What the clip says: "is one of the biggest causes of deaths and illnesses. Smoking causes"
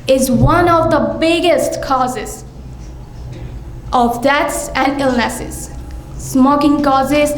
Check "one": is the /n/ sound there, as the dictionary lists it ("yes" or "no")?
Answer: yes